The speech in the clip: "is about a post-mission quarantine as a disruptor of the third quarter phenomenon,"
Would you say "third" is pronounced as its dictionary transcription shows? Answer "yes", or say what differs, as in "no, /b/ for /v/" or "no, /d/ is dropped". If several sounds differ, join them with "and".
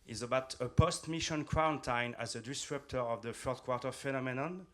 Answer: no, /f/ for /θ/